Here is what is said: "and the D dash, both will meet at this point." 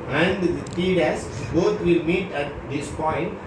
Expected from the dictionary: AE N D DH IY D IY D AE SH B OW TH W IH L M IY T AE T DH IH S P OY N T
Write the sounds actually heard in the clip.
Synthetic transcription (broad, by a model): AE N D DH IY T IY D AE S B OW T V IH L M IY T AE T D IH S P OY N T